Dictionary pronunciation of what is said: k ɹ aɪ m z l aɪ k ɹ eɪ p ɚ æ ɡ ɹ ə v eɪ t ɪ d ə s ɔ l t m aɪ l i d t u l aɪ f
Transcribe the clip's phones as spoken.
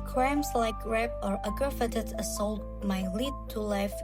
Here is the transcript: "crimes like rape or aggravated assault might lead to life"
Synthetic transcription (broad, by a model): k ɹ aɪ m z l aɪ k ɹ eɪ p ɚ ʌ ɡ ə f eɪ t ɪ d ə s ɔ l t m aɪ l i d t u l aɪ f